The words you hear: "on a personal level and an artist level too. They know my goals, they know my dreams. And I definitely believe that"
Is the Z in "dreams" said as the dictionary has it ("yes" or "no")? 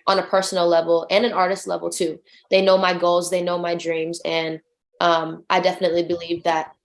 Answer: yes